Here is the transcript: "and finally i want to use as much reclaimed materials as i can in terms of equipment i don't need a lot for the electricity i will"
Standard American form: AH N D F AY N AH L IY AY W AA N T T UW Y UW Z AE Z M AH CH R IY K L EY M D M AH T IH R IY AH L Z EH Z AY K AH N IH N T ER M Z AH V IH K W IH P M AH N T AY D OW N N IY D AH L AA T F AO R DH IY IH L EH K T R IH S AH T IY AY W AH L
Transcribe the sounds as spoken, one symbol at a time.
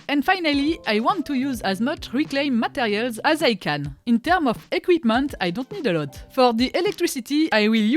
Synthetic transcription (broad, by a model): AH N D F AY N AH L IY AY W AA N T T UW Y UW Z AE Z M AH CH R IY K L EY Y M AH T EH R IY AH L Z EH Z AY K AH N IH N T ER M AH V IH K W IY P M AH N T AY D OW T N IY D AH L AA T F AO R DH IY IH L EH K T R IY S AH T IY AY W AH L